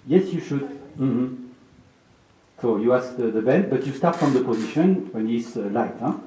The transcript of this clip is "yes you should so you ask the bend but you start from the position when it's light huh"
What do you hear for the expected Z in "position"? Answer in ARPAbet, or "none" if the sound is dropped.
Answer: Z